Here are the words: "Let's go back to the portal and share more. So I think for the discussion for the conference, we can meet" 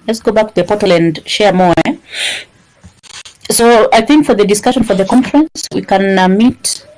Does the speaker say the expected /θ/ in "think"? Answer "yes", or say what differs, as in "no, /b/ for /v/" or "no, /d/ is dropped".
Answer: yes